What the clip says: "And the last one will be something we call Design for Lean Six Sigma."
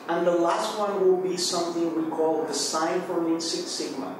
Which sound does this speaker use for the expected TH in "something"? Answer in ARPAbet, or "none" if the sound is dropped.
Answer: TH